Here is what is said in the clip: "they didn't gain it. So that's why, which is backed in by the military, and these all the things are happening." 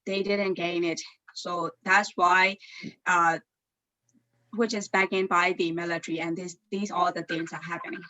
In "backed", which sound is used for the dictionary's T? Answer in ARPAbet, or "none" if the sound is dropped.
none